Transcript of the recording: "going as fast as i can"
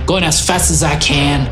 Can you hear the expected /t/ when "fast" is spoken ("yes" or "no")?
yes